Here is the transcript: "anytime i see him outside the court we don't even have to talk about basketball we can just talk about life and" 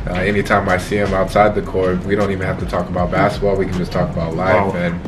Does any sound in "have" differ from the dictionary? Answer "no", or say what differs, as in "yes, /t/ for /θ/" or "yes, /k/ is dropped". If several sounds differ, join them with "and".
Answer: yes, /f/ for /v/